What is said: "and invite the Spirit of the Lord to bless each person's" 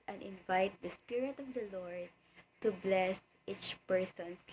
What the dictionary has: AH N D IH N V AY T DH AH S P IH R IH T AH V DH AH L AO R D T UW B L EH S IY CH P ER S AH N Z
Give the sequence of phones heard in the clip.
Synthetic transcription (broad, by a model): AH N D IH N V AY T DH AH S P IH R IH T AH V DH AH L AO R D T UW B L EH S IY CH P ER S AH N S